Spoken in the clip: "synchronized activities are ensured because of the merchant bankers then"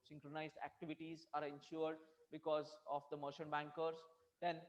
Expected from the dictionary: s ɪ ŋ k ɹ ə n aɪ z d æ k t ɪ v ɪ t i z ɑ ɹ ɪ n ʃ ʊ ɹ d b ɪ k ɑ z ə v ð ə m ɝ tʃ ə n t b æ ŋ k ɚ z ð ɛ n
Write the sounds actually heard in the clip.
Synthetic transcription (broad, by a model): s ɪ ŋ k ɹ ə n aɪ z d æ k t ɪ v ɪ t i z ɑ ɹ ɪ n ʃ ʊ ɹ d b ɪ k ɑ z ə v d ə m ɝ ʃ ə n b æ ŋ k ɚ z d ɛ n